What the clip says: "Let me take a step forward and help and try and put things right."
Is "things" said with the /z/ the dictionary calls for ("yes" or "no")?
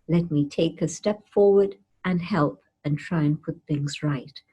yes